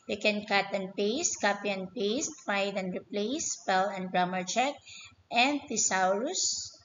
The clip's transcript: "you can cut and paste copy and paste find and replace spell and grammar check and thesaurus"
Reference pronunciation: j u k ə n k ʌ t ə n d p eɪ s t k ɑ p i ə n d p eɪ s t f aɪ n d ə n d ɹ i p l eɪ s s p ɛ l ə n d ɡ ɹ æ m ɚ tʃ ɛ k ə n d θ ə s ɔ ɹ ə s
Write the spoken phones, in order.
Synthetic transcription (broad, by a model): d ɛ k ə n k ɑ t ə n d p eɪ s t k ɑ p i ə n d p eɪ s t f aɪ d ə n d ɹ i p l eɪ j s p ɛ l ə n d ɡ ɹ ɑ m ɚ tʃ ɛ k ə n d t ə s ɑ ɹ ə s